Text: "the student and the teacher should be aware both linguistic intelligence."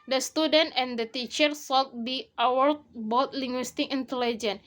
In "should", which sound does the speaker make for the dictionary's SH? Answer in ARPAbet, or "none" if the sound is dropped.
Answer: S